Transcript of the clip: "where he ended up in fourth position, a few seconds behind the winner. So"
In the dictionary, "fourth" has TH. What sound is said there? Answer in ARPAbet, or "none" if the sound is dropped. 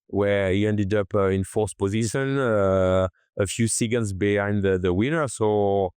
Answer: S